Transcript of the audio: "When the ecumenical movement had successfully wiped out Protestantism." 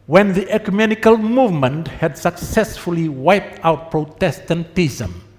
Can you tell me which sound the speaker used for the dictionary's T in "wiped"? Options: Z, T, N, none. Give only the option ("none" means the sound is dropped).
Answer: T